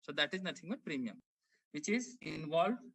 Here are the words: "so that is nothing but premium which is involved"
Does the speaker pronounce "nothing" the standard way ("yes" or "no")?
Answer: no